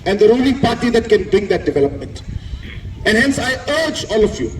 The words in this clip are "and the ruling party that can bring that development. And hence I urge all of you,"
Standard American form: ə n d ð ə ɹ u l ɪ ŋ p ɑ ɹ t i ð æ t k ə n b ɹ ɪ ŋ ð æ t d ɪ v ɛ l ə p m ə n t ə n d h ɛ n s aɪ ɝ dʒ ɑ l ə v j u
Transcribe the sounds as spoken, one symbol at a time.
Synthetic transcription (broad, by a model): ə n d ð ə ɹ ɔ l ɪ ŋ p ɑ ɹ t i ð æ t k ə n b ɹ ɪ ŋ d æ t d ɪ v ɛ l ə p m ə n t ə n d h ɛ n s aɪ ɝ dʒ ɑ l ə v j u